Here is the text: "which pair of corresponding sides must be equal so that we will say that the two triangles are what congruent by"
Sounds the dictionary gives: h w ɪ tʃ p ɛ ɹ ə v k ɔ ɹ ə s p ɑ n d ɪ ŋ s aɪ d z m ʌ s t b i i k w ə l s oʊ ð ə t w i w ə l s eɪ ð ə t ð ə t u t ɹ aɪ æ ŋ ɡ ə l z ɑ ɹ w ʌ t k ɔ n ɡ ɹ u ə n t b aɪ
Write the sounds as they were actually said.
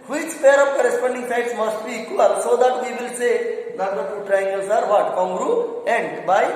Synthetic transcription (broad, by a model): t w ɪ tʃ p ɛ ɹ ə p k ɔ ɹ ə s p ɑ n d ɪ ŋ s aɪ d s m ʌ s t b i i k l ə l s oʊ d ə t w i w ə l s eɪ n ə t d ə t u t ɹ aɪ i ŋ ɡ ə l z ɑ ɹ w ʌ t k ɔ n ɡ ɹ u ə n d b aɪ